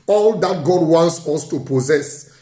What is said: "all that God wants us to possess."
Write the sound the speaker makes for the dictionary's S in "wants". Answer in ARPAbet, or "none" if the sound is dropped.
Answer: S